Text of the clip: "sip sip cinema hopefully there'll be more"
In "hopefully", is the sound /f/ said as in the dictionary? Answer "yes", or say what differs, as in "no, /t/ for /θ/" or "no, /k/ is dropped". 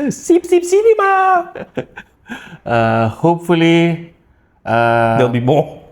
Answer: yes